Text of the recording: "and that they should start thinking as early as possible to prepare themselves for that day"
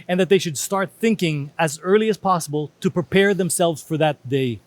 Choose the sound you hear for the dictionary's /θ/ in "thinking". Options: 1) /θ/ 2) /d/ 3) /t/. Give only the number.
1